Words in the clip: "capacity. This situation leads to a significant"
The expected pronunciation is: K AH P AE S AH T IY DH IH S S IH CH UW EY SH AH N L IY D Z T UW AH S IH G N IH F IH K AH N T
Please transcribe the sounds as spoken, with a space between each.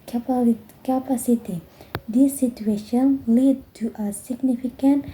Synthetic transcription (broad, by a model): K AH P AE S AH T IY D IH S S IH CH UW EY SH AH N L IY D T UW AH S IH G N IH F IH K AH N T